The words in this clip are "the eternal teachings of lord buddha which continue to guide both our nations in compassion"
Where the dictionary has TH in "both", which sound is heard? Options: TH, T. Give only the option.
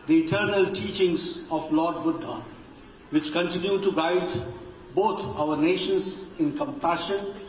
T